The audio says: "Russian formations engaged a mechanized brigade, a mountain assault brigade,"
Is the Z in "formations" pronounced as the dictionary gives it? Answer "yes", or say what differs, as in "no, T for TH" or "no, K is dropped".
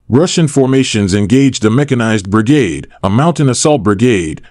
yes